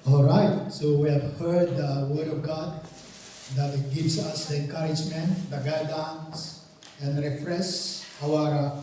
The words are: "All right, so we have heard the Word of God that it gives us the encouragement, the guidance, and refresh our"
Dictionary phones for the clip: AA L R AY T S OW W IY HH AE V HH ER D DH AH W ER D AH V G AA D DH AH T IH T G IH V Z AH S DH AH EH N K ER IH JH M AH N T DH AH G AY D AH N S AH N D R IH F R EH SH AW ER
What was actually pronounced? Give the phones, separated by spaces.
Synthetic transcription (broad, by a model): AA L R AY T S OW W IY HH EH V HH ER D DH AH W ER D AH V G AA D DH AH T IH T G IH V S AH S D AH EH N K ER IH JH M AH N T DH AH G AY D AH N S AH N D R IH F R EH S AW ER